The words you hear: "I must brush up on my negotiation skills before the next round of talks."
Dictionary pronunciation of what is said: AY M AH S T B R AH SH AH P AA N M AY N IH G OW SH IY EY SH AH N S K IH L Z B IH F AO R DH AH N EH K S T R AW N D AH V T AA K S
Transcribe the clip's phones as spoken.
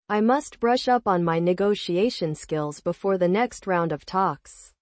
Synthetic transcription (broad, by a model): AY M AH S T B R AH SH AH P N M AY N IH G OW SH IY EY SH AH N S K IH L Z B IH F AO R DH AH N EH K S T R AW N D AH V T AA K S